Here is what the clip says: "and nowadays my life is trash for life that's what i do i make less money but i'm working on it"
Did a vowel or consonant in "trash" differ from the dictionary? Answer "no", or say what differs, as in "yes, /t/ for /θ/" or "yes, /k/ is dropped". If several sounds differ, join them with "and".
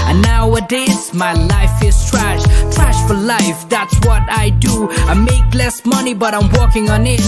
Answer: no